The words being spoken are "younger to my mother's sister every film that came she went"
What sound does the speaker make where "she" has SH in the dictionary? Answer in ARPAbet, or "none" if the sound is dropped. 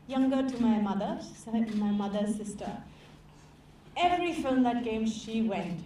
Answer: SH